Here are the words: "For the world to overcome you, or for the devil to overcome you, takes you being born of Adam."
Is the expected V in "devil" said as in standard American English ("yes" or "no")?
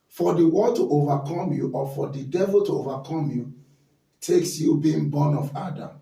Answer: yes